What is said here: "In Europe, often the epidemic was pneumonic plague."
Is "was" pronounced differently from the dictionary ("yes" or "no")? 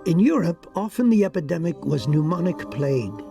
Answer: no